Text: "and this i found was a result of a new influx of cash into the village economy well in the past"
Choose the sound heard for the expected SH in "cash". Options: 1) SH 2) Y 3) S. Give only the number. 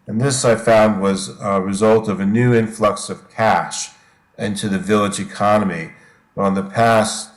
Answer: 1